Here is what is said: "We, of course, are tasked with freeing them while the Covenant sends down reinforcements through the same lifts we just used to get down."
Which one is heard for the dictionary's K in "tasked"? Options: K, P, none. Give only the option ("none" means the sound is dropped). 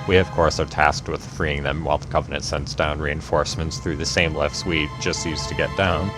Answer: K